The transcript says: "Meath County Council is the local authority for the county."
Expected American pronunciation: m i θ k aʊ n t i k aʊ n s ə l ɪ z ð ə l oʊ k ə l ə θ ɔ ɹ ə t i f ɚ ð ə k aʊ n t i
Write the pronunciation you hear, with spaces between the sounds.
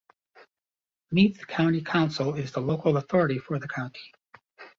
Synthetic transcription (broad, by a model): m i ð k aʊ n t i k aʊ n s l ɪ z ð ə l oʊ k l ə θ ɔ ɹ ə t i f ɚ ð ə k aʊ n t i